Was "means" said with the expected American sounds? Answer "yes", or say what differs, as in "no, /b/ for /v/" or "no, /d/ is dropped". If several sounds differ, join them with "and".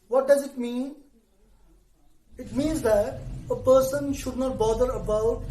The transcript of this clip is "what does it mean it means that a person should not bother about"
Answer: yes